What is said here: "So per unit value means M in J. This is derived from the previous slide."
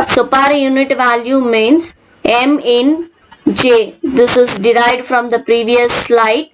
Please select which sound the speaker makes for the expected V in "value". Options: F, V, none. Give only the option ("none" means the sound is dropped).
V